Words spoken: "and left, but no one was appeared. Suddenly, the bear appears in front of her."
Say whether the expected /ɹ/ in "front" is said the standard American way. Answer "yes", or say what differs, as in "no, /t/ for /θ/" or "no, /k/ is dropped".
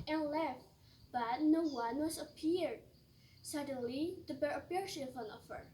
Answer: no, /ɹ/ is dropped